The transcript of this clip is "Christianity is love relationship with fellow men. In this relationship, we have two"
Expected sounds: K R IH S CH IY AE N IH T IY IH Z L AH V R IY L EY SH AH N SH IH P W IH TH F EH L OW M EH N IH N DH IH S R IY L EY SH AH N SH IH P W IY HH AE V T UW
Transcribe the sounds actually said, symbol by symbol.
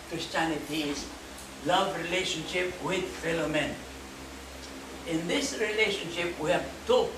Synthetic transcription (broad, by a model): K R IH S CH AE N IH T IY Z L AH V R IY L EY SH AH N SH IH P W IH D F EH L OW M EH N IH N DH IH S R IY L EY SH AH N SH IH P W IY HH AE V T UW